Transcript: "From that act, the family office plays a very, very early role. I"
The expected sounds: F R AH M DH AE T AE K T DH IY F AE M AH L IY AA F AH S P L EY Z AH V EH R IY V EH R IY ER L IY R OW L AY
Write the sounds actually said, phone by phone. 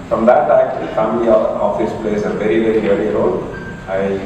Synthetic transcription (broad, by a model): F R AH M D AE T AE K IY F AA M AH IY AA F AH S P L EY S AH V EH R IY V EH R IY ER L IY R OW L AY